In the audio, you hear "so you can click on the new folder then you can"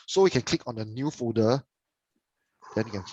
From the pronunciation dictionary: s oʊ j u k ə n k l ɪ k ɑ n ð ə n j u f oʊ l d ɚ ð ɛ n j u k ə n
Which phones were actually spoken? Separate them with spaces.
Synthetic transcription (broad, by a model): s oʊ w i k ə n k l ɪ k ɑ n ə n j u f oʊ d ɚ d ɛ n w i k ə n